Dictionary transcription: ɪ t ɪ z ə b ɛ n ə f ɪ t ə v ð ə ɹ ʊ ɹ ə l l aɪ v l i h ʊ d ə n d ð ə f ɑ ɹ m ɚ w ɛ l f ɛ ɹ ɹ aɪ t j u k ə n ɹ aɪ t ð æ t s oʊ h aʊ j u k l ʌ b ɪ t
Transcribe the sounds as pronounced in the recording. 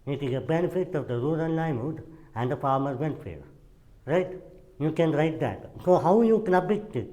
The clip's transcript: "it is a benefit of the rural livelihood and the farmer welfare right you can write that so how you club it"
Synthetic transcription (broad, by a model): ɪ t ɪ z ə b ɛ n ə f ɪ t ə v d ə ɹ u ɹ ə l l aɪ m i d ə n d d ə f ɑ ɹ m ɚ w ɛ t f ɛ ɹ ɹ aɪ t j u k ə n ɹ aɪ t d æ t s oʊ h aʊ j u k n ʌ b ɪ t